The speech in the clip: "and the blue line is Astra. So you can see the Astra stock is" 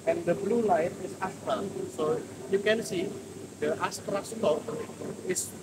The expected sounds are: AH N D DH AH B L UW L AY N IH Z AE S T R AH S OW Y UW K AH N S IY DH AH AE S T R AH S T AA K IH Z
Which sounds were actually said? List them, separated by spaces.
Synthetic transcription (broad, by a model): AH N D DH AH B L UW L AY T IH S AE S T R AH S OW Y UW K AH N S IY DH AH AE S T R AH S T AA IH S